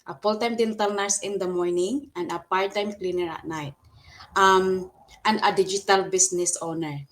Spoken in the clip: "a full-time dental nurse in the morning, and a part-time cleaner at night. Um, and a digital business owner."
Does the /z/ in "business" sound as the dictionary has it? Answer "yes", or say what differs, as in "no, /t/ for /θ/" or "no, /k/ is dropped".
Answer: no, /s/ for /z/